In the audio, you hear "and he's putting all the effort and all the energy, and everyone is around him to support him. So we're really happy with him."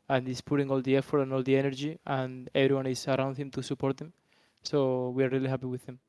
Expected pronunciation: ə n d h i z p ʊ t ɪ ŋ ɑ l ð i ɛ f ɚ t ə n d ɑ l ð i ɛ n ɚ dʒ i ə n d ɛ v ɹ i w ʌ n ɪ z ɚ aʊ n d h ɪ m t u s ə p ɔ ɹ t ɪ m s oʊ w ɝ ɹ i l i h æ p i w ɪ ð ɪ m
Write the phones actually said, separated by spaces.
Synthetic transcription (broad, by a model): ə n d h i s p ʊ t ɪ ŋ ɑ l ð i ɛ f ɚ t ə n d ɑ l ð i ɛ n ɚ dʒ i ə n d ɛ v ɹ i w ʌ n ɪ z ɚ aʊ n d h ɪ m t u s ə p ɔ ɹ t ɪ m s oʊ w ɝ ɹ i l i h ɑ p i w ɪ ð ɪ m